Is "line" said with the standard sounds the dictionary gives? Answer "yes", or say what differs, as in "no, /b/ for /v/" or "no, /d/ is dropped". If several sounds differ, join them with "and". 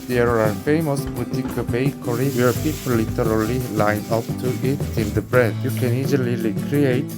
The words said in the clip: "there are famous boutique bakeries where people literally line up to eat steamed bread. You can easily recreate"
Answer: yes